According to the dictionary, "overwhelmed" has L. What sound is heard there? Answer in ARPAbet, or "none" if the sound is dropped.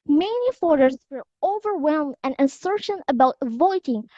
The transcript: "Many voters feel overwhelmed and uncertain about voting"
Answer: L